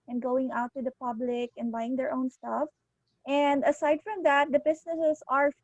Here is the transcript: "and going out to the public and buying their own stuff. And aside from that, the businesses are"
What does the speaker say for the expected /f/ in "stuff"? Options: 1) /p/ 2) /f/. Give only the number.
2